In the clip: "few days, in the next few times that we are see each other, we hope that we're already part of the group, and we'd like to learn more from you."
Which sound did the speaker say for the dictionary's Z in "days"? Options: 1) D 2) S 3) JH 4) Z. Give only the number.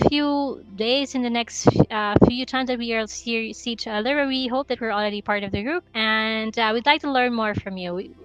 4